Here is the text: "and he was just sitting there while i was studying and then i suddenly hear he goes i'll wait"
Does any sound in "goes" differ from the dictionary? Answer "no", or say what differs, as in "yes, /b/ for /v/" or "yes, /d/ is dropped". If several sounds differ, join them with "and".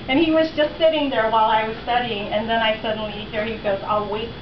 no